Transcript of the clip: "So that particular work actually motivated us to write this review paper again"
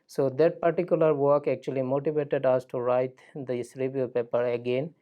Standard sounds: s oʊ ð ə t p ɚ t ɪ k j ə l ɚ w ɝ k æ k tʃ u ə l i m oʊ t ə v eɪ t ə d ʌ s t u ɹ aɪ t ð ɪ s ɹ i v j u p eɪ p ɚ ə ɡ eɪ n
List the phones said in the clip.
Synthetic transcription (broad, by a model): s oʊ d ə t p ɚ t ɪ k j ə l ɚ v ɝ k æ k tʃ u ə l i m oʊ t ə v eɪ t ə d ʌ s t u ɹ aɪ t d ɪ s ɹ i v j u p eɪ p ɚ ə ɡ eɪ n